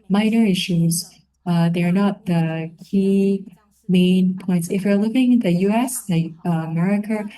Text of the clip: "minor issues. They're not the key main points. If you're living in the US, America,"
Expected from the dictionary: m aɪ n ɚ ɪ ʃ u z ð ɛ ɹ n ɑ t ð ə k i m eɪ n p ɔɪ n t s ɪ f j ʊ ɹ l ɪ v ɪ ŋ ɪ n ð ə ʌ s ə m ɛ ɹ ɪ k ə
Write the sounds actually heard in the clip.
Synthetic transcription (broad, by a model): m aɪ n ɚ ɪ ʃ u z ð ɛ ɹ n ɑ t ð ə k i m eɪ n p ɔɪ n t s ɪ f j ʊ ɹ l ɪ v ɪ ŋ ɪ n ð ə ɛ s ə m ɛ ɹ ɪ k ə